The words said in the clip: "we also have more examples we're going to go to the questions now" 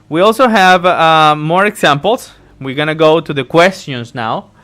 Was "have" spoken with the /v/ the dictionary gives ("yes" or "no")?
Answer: yes